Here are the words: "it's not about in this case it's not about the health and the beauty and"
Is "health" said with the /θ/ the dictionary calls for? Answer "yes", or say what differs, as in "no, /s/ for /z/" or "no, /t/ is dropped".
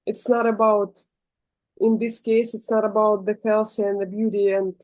no, /s/ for /θ/